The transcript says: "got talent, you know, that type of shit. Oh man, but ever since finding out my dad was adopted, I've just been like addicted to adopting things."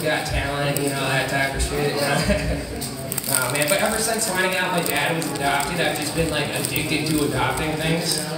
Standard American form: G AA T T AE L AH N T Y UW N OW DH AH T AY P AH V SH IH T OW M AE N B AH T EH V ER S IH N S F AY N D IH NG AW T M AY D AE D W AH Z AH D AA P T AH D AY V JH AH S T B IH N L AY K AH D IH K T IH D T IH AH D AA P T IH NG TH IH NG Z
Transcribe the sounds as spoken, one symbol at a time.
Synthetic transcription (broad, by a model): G AA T T AE L AH N T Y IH N OW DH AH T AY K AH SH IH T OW M AE N B AH T EH V ER S IH N S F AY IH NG AW T M AY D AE D W AH Z AH D AA P T AH D AY V JH AH S B IH N L AY K AH D IH K T IH D T IH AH D AA P T IH NG TH IH NG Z